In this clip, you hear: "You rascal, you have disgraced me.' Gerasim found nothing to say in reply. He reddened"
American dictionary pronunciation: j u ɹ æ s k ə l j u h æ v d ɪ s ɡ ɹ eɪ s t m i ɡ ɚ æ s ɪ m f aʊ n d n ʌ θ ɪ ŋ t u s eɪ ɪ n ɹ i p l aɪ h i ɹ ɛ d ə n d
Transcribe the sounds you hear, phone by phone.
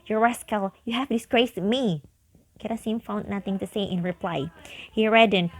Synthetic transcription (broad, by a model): j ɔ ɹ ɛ s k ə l j u h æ f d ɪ s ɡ ɹ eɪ s m i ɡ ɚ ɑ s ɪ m f aʊ n d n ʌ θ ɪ ŋ t u s eɪ ɪ n ɹ i p l aɪ h i ɹ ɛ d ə n